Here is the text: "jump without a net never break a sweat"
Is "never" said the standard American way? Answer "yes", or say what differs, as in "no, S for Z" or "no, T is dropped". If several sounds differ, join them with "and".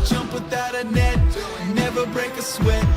yes